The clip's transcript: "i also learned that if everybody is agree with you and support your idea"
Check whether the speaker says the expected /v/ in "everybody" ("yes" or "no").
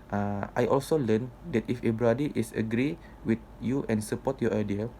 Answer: no